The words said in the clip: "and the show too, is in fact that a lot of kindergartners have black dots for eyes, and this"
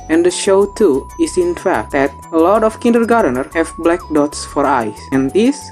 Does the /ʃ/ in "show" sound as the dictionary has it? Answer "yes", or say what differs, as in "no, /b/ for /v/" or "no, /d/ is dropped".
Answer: yes